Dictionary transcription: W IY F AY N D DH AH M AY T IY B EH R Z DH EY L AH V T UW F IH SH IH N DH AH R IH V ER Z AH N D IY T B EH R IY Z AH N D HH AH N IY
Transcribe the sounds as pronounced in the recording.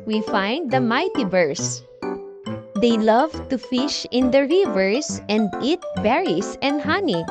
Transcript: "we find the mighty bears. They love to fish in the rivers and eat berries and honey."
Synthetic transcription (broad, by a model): W IY F AY N D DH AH M AY T IY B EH R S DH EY L AH V T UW F IH SH IH N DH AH R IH V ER S AH N D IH T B EH R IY S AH N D HH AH N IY